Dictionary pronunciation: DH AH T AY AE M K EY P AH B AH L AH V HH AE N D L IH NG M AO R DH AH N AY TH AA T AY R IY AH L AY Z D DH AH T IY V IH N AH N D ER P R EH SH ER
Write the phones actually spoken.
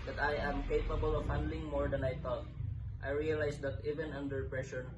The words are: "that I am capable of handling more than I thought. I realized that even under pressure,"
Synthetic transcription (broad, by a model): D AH T AY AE M K EY P AH B AH L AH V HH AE N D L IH NG M AO R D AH N AY T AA T AY R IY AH L AY S D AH T IY V IH N AH N D ER P R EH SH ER